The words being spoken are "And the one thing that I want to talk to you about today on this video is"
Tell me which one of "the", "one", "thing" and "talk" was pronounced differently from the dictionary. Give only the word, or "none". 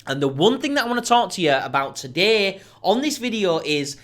none